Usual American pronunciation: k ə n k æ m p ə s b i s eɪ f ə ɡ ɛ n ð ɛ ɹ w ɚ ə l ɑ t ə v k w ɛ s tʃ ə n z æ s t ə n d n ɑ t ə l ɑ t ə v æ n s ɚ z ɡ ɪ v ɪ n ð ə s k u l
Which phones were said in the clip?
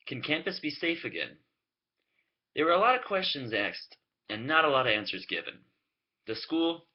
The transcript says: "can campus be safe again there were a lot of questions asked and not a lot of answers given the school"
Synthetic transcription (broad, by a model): k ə n k æ m p ə s b i s eɪ f ə ɡ ɛ n ð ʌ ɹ w ɚ ə l ɑ t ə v k w ɛ s tʃ ə n z æ s t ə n n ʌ t ə l ɑ t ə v æ n s ɚ z ɡ ɪ v ɪ n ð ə s k u l